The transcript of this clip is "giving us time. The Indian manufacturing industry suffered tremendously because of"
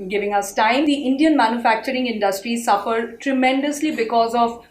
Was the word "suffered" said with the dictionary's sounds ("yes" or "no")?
yes